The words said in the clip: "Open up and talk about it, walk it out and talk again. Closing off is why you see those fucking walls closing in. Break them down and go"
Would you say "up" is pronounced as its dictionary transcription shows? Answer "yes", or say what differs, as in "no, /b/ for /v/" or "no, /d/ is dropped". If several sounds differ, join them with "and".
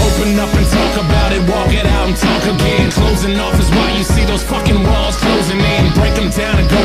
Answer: no, /f/ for /p/